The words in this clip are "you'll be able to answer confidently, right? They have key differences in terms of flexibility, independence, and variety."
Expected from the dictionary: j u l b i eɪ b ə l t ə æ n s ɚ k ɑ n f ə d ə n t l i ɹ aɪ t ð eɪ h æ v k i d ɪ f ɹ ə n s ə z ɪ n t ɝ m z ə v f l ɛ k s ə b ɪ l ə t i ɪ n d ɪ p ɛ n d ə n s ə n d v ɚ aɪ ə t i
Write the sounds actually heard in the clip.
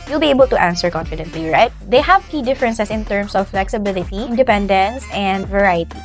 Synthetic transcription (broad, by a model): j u l b i eɪ b ə l t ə æ n s ɚ k ɑ n f ə d ə n t l i ɹ aɪ t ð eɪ h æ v k i d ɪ f ɹ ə n s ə s ɪ n t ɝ m s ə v f l ɛ k s ə b ɪ l ə t i ɪ n d ɪ p ɛ n d ə n s ə n d v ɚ aɪ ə t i